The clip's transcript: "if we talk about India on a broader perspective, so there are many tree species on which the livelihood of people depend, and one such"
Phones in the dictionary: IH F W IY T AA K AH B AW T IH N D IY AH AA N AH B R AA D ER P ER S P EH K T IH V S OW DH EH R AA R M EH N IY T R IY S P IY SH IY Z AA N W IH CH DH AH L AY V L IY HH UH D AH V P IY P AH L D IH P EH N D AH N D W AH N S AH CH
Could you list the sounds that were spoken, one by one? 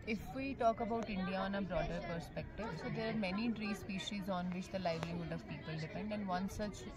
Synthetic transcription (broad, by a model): IH F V IY T AA K AH B AW T IH N D IY AH AA N AH B R AA D ER P ER S P EH K T IH V S OW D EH R AA R M EH N IY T R IY S P IY SH IY Z AA N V IH CH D AH L AY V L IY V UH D AH V P IY P AH L D IH P EH N D AH N D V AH N S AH CH